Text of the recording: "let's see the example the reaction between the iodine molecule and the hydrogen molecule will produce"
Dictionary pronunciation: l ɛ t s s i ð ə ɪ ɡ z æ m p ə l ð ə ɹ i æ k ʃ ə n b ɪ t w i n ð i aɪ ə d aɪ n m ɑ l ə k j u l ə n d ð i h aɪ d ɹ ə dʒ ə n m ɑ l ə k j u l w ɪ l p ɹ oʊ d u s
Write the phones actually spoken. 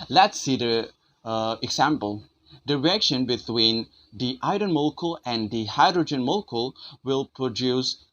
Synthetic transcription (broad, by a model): l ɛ t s s i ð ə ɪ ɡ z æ m p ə l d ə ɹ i k ʃ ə n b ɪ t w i n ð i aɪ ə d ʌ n m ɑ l k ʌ l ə n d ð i h aɪ d ɹ ə dʒ ə n m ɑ l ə k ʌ l w ɪ l p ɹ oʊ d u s